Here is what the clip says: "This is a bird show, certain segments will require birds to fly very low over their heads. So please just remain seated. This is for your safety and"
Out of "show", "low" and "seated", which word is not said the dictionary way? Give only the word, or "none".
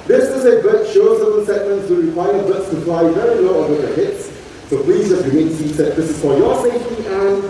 seated